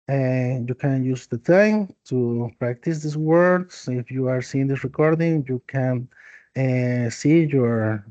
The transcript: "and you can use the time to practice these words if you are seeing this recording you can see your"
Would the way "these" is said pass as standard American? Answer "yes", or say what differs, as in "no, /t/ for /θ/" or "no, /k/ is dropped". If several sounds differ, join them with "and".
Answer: no, /s/ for /z/